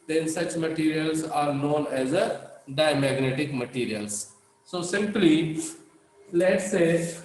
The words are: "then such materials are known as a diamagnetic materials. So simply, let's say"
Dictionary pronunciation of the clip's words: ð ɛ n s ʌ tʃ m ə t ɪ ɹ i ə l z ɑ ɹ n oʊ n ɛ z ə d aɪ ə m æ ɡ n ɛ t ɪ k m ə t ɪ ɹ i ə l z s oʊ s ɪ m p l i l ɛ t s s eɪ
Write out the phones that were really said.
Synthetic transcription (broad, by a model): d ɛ n s ʌ tʃ m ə t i ɹ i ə l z ɑ ɹ n oʊ n ɛ z ə d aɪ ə m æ ɡ n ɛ t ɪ k m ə t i ɹ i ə l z s oʊ s ɪ m p l i l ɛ t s s eɪ